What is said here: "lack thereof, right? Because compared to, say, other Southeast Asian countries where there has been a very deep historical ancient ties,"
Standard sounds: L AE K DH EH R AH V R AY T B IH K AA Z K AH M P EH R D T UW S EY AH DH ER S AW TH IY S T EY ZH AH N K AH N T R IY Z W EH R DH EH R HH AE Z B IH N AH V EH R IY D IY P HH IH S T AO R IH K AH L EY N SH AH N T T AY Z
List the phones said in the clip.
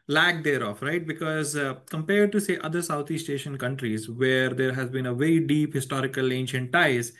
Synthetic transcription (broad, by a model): L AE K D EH R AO F R AY T B IH K AA Z K AH M P EH R D T UW S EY AH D ER S AW T IY S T EY SH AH N K AH N T R IY Z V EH R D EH R HH AE Z B IH N AH V EH R IY D IY P HH IH S T AO R IH K AH L EY N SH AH N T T AY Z